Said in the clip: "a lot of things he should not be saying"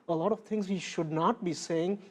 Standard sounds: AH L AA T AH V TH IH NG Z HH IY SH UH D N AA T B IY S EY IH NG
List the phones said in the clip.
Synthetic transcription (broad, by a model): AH L AA T AH V T IH NG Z HH IY SH UH D N AA T B IY S EY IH NG